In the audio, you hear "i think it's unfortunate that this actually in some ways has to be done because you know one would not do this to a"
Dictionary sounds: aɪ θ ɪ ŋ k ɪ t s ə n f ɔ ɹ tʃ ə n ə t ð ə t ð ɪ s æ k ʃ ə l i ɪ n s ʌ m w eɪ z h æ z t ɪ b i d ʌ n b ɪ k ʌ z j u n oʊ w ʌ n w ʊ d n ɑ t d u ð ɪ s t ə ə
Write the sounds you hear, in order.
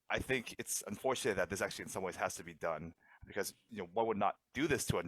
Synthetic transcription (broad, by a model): aɪ θ ɪ ŋ k ɪ t s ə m f ɔ ɹ tʃ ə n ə t ð ə t ð ɪ s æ k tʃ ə l i ɪ n s ʌ m w eɪ z h æ z t ɪ b i d ʌ n b ɪ k ʌ z j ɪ n oʊ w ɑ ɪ w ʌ d n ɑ t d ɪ ð ɪ s t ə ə